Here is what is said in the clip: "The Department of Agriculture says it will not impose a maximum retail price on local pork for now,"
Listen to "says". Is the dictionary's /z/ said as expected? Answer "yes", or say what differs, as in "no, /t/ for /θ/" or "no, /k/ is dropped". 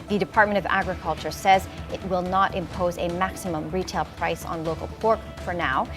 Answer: yes